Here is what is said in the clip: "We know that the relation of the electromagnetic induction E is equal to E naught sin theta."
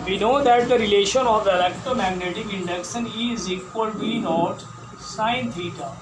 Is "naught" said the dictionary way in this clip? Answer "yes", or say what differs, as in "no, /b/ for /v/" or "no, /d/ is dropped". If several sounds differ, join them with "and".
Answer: yes